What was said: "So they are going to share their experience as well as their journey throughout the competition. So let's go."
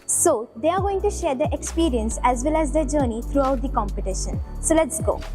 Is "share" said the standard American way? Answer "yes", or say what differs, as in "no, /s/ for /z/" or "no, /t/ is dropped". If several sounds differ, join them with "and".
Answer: yes